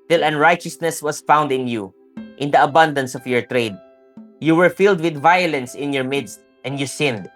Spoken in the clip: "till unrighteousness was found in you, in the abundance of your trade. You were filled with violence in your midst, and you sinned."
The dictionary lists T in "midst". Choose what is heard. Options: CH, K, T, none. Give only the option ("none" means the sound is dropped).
T